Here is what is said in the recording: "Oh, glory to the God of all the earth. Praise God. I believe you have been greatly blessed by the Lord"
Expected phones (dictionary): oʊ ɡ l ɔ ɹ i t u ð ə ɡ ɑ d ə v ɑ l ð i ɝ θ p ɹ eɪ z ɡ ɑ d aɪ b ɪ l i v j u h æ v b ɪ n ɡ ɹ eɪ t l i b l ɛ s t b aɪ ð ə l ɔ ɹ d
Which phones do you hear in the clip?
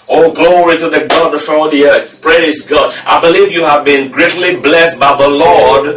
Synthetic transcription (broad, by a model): oʊ ɡ l ɔ ɹ i t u ð ə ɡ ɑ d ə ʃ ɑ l ð i ɝ θ p ɹ eɪ z ɡ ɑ d aɪ b ɪ l i v j u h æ v b ɪ n ɡ ɹ eɪ t l i b l ɛ s t b aɪ ð ə l ɔ ɹ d